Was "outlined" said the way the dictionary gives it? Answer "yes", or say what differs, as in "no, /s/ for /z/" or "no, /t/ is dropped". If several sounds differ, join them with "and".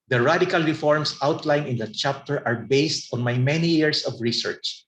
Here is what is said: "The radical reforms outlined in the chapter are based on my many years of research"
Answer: no, /d/ is dropped